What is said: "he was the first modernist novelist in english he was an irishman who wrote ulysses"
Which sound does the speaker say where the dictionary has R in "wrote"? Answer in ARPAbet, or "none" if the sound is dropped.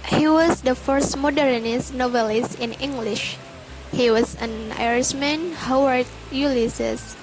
W